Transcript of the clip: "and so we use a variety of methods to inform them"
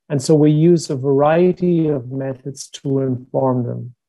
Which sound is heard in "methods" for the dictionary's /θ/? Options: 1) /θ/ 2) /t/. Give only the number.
1